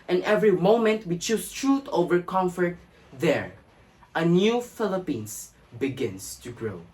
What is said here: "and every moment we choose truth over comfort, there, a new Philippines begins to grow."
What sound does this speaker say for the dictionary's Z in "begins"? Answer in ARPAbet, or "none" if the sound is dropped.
S